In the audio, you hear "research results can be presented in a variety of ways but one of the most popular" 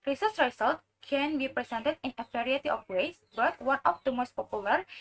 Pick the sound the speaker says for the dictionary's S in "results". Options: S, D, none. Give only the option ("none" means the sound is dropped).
none